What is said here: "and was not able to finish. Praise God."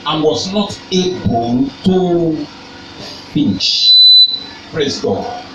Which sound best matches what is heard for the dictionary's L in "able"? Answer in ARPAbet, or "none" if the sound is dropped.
N